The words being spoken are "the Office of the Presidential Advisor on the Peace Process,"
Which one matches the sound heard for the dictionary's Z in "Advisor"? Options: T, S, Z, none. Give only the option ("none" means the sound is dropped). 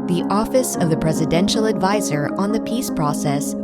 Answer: Z